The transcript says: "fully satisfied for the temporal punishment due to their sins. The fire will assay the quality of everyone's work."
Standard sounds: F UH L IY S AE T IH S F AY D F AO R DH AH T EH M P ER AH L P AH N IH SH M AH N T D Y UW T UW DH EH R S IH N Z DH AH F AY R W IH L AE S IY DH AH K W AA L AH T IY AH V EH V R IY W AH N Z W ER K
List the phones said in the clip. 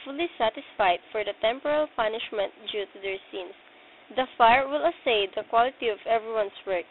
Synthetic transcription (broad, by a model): F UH L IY S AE T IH S F AY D F AO R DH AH T EH M P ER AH L P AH N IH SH M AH N T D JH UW T UW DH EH R S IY N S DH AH F AY R W IH L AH S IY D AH K W AA L AH T IY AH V EH V R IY W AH N S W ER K